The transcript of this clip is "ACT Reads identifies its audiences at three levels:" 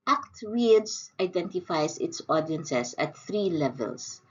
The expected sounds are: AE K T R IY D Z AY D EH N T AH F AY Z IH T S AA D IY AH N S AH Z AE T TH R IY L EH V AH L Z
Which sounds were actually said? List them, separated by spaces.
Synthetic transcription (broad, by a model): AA K T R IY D S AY D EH N T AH F AY S IH T S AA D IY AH N S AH S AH T TH R IY L EH V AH L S